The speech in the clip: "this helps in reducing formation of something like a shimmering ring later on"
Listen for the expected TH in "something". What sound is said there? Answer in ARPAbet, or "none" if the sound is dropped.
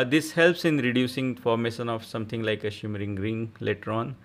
T